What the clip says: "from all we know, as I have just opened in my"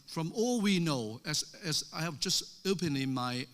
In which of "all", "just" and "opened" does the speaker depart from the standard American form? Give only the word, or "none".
opened